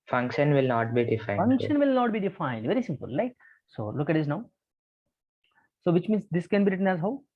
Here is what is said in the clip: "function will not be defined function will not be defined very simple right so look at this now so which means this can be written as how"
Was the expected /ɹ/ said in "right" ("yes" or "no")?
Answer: no